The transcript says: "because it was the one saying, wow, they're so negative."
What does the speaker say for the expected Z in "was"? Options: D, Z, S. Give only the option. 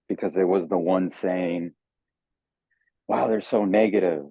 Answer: Z